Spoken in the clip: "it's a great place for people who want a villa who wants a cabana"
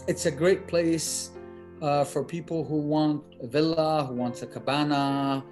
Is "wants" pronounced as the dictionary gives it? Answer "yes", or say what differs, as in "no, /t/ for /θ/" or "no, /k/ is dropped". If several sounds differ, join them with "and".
no, /s/ is dropped